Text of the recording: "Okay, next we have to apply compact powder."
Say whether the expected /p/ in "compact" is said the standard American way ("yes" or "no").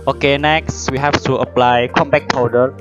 no